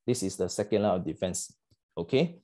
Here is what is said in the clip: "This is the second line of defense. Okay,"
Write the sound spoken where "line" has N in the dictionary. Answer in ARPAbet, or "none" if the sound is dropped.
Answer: none